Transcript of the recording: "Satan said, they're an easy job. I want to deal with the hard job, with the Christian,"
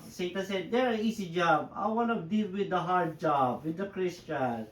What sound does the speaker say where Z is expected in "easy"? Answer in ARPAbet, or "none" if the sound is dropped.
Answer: S